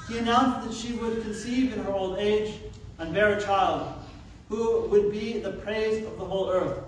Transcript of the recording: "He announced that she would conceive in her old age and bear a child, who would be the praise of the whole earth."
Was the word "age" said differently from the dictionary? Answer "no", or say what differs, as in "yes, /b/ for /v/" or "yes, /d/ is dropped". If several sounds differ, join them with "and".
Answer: no